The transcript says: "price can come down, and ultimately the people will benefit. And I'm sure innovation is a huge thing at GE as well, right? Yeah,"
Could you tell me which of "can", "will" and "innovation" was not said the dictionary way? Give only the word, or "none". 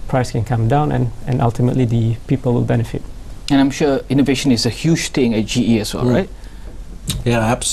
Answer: none